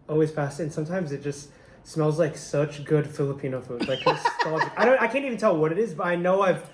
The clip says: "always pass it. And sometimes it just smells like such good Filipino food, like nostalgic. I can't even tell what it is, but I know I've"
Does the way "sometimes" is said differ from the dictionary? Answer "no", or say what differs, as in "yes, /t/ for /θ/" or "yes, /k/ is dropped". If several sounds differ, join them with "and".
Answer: no